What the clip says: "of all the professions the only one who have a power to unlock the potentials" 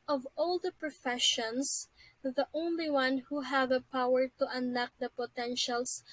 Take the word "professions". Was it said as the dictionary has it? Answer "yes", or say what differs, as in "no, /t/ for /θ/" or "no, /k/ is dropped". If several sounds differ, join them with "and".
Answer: no, /s/ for /z/